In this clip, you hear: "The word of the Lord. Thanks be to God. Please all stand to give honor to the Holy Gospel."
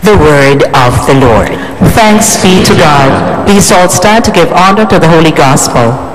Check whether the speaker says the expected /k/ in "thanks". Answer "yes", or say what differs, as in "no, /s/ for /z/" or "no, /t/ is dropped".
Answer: yes